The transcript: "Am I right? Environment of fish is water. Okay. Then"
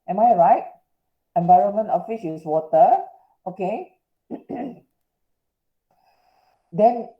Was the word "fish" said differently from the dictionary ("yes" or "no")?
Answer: yes